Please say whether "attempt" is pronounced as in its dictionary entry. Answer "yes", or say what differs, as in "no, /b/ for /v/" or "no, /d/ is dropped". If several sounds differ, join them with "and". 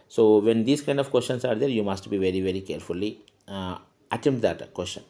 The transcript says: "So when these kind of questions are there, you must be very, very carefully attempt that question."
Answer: no, /p/ is dropped